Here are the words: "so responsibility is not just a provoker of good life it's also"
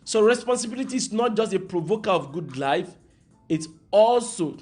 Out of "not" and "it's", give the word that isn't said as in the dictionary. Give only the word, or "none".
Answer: none